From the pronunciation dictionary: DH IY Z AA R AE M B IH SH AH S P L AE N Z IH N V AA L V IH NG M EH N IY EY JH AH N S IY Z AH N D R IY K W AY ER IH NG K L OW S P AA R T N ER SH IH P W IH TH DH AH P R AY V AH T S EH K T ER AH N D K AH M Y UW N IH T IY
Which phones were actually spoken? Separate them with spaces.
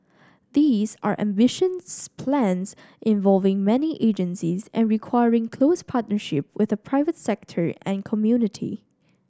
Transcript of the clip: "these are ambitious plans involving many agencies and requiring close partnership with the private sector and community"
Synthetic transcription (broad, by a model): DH IY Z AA R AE M B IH SH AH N P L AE N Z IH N V AA L V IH NG M EH N IY EY JH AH N S IY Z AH N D R IY K W AY ER IH NG K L OW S P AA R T N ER SH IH P W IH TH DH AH P R AY V AH T S EH K T ER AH N K AH M Y UW N IH T IY